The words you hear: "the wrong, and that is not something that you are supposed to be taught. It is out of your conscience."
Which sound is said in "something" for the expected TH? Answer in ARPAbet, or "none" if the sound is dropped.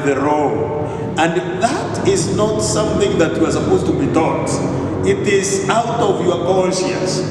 TH